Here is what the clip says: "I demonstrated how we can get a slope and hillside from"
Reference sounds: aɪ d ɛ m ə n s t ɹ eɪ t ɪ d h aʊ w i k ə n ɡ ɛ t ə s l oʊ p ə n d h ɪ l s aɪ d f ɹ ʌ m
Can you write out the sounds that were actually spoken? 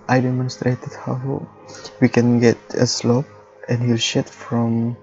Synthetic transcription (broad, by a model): aɪ d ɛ m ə n s t ɹ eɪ t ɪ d h aʊ w i k ə n ɡ ɛ t ə s l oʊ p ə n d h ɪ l ʃ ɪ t f ɹ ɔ m